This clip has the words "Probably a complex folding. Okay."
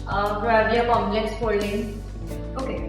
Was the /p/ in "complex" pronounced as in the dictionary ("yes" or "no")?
no